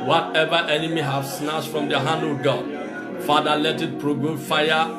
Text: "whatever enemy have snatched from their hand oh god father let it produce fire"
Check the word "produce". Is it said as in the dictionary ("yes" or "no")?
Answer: no